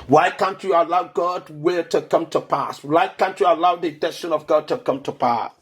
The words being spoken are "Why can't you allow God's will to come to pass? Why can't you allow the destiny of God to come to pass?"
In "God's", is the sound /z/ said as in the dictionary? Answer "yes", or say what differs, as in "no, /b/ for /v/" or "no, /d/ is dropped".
no, /z/ is dropped